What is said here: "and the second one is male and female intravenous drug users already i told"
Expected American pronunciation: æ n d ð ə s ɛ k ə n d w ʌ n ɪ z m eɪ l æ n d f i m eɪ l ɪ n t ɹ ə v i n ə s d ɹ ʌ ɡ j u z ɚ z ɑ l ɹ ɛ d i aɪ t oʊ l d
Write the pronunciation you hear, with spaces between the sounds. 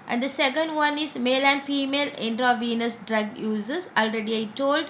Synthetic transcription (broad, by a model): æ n d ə s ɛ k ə n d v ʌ n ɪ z m eɪ l æ n d f i m eɪ l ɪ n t ɹ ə v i n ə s d ɹ ʌ ɡ j u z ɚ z ɑ l ɹ ɛ d i aɪ t oʊ l d